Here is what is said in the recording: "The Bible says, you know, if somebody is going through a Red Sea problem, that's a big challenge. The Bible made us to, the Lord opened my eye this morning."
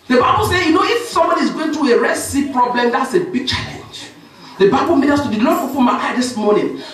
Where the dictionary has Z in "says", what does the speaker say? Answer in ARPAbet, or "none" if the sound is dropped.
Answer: none